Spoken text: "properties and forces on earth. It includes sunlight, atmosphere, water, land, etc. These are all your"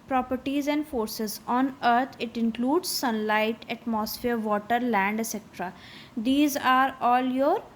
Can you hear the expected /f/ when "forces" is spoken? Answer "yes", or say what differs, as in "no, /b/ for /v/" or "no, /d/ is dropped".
yes